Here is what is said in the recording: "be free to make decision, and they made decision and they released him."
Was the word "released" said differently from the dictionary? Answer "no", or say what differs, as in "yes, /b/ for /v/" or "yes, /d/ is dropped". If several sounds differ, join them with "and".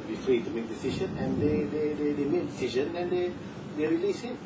yes, /t/ is dropped